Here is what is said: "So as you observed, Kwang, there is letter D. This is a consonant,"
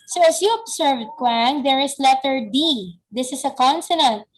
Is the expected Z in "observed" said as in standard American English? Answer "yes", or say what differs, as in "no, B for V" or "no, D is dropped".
no, S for Z